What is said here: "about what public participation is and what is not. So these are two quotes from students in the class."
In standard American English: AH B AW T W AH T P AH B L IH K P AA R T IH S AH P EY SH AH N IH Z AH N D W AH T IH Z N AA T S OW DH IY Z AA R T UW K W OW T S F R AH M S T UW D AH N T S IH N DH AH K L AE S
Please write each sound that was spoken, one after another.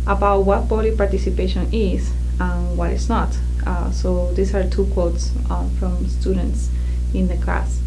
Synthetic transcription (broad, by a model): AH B AW T W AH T B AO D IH P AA R T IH S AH P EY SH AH N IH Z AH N W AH T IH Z N AA T S OW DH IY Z AA R T UW K W OW T S F R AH M S T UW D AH N T S IH N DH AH K L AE S